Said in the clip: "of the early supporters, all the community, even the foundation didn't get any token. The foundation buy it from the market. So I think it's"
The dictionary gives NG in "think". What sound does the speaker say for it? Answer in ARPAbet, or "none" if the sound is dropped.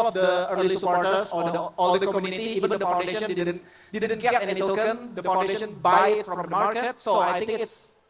none